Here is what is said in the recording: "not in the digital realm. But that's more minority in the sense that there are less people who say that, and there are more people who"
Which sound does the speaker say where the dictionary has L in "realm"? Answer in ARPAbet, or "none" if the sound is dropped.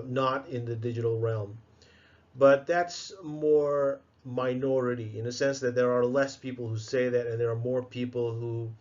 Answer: L